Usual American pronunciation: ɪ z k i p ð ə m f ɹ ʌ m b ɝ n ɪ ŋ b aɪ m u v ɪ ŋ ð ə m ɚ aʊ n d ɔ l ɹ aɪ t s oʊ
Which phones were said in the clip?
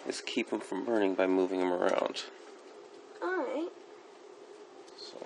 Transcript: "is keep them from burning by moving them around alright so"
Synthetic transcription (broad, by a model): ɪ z k i p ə m f ɹ ʌ m b ɝ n ɪ ŋ b aɪ m u v ɪ ŋ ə m ɚ aʊ n d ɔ ɹ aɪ t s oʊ